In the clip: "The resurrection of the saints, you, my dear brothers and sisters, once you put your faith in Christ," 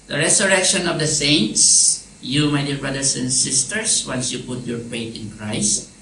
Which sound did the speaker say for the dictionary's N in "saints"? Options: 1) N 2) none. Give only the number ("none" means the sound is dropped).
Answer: 1